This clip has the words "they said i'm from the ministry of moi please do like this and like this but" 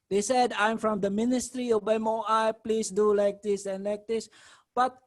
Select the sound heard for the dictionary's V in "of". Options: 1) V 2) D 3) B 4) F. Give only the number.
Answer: 3